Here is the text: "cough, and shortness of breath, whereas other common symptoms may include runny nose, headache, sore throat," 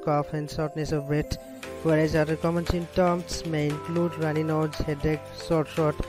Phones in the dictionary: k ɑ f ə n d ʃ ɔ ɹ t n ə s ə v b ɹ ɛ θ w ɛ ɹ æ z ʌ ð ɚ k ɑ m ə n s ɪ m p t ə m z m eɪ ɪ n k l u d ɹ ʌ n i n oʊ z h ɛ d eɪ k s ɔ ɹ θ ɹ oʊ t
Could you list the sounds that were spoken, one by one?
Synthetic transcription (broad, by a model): k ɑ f ə n d s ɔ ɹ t n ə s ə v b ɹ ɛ t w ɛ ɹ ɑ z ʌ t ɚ k ɑ m ə n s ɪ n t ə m s m eɪ ɪ n k l u d ɹ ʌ n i n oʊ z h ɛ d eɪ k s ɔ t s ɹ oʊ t